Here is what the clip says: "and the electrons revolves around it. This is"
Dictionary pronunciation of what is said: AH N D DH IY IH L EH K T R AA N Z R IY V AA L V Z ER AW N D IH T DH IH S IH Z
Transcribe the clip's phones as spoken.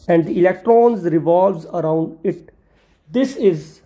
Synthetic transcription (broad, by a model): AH N D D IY IH L EH K T R AA N Z R IY V AA L V Z ER AW N D IH T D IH S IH Z